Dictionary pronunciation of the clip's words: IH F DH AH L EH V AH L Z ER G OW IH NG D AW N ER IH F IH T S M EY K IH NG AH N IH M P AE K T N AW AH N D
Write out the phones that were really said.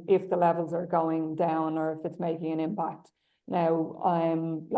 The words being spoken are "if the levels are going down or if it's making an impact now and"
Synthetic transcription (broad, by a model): IH F DH AH L EH V AH L Z ER G OW IH NG D AW N ER IH F IH T S M EY K IH NG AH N IH M P AE K T N AW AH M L